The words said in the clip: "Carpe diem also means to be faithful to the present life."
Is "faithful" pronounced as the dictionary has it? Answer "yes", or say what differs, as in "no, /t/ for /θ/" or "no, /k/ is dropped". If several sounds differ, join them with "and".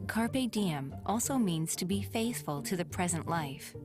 yes